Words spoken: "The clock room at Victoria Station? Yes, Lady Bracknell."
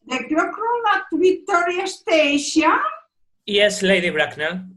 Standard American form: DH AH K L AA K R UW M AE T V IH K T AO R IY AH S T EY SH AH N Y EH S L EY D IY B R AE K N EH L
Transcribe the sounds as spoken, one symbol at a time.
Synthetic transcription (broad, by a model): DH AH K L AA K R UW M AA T B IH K T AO R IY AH S T EY SH AH N Y EH S L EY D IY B R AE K N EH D